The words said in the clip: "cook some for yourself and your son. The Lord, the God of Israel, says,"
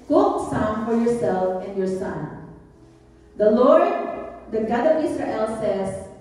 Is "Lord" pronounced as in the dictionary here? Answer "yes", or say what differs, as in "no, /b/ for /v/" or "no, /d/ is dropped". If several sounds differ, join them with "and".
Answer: yes